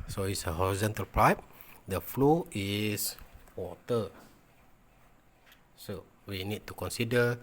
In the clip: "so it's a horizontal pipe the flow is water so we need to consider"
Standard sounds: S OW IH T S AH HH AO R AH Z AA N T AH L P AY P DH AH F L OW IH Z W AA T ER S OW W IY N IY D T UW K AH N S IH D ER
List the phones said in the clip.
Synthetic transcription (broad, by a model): S OW IH T S AH HH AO R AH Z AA N T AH L P AY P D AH F L OW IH S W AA T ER S OW W IY N IY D T UW K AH N S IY D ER